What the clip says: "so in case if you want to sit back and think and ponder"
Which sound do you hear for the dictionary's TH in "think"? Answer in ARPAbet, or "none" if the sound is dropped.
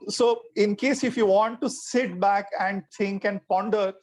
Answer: T